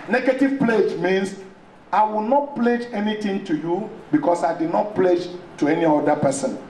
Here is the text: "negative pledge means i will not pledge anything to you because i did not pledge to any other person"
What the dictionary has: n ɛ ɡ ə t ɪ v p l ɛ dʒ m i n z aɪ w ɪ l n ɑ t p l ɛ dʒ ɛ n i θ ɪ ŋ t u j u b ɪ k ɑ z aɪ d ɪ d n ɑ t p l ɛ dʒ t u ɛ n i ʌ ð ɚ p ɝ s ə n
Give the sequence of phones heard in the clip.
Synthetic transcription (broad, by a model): n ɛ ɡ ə t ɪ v p l ɛ dʒ m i n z aɪ w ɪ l n ɑ t p l ɛ dʒ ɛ n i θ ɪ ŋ t u j u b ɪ k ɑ s aɪ d ɪ d n ɑ t p l ɛ dʒ t u ɛ n i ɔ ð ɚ p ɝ s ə n